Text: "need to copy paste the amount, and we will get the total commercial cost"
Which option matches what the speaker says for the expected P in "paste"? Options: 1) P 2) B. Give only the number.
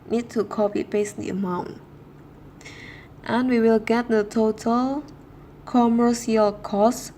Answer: 2